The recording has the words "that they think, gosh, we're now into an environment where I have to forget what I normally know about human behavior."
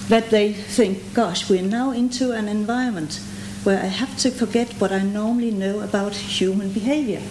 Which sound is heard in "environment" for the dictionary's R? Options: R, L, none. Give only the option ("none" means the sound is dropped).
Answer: none